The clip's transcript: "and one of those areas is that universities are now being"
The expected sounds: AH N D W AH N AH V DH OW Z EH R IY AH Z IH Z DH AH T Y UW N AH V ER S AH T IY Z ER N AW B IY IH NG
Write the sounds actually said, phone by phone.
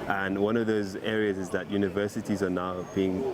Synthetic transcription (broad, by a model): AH N W AH N AH V DH OW Z EH R IY AH Z IH Z DH AH T Y UW N AH V ER S AH T IY Z ER N AW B IY IH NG